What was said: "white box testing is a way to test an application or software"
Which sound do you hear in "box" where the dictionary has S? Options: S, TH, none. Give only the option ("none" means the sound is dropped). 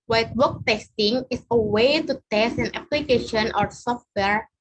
none